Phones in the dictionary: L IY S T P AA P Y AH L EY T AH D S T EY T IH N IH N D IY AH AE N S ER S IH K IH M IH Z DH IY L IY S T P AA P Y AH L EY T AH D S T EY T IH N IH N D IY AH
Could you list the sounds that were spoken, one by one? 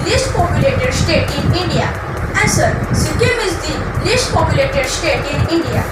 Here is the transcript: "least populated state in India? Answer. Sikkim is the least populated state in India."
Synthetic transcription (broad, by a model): L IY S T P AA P Y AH L EY T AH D S T EY T IH N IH N D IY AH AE S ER S IH K IH M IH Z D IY L IY S T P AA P Y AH L EY T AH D S T EY T IH N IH N D IY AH